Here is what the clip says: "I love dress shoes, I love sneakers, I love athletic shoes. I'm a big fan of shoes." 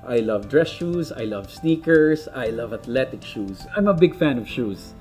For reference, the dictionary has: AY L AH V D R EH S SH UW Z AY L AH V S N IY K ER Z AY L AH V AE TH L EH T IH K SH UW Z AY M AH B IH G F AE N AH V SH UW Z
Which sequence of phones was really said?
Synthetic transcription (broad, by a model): AY L AH V D R EH S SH UW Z AY L AH V S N IY K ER S AY L AH V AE T L EH T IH K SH UW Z AY M AH B IH G F AE N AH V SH UW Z